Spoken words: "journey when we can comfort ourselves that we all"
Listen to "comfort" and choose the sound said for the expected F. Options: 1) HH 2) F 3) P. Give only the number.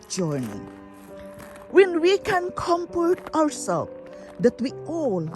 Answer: 3